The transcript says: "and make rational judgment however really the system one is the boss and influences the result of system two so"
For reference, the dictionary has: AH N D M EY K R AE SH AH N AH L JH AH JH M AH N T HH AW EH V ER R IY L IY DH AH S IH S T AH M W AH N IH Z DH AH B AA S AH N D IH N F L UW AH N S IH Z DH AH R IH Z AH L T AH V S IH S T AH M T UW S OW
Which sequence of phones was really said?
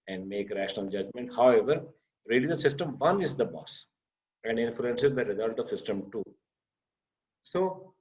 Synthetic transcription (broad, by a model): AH N D M EY K R AE SH AH N AH L JH AH JH M AH N T HH AW EH V ER R IY L IY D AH S IH S T AH M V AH N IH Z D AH B AA S AH N D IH N F L UW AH N S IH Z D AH R IH Z AH L T AH V S IH S T AH M T UW S OW